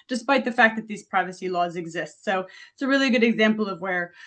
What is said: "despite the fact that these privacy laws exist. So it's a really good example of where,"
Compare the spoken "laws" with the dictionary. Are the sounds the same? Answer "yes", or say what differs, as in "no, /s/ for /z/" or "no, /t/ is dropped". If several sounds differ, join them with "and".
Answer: yes